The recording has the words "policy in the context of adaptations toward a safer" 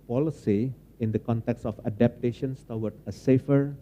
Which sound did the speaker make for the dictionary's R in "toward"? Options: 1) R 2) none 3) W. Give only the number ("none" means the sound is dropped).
3